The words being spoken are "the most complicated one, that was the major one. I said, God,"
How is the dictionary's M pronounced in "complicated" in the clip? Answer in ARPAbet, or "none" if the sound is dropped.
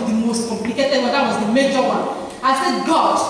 M